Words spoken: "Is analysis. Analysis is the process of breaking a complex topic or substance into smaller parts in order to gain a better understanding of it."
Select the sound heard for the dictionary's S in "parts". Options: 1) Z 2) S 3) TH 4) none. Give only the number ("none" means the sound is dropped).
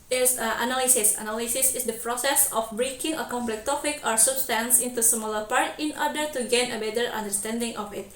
4